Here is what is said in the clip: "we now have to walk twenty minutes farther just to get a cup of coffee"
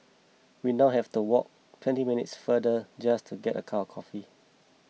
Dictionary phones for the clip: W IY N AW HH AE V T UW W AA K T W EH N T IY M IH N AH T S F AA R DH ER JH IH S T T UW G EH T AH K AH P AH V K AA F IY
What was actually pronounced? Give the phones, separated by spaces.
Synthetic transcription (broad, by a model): W IY N AW HH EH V T UW W AA K T W EH N T IY M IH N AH T S F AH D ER JH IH S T T UW G EH T AH K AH W K AA F IY